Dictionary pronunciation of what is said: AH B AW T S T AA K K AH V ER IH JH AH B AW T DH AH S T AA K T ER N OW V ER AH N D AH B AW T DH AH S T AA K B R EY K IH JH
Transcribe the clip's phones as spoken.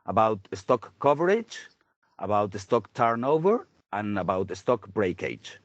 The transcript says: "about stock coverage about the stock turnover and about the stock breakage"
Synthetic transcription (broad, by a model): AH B AW T S T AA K K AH V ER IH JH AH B AW T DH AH S T AA K T ER N OW V ER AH N AH B AW T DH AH S T AA K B R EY K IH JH